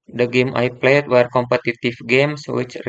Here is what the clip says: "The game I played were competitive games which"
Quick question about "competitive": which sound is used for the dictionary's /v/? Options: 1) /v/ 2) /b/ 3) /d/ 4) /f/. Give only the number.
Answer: 4